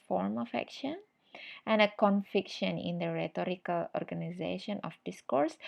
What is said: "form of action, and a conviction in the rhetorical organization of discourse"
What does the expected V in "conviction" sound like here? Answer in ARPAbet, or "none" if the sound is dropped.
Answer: F